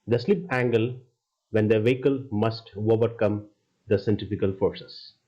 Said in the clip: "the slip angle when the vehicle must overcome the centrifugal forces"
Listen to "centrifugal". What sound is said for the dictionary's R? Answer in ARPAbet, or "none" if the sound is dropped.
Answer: none